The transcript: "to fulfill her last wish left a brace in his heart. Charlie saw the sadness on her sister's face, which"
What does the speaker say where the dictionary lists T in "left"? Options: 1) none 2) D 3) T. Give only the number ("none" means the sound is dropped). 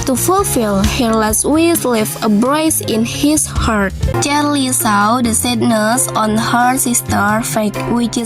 1